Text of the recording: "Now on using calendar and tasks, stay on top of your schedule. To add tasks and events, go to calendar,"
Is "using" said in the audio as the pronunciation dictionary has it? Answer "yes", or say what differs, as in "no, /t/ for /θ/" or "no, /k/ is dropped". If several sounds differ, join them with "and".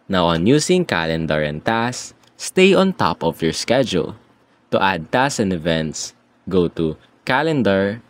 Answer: no, /s/ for /z/